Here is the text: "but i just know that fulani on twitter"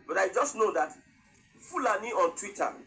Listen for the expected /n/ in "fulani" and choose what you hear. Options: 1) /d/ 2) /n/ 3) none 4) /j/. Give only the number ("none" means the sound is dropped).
2